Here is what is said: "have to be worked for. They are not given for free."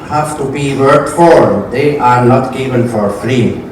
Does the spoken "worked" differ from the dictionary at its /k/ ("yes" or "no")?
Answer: yes